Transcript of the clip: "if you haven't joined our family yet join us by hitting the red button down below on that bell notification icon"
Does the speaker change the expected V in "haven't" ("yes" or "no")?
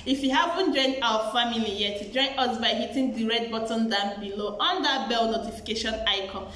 yes